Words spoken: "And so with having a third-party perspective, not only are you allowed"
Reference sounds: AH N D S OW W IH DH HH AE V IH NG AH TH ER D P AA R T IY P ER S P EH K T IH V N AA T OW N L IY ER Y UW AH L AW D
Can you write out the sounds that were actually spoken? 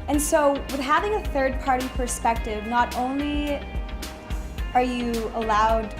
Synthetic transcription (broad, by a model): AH N S OW W IH DH HH AE V IH NG AH TH ER D P AA R T IY P ER S P EH K T IH V N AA T OW N L IY ER Y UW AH L AW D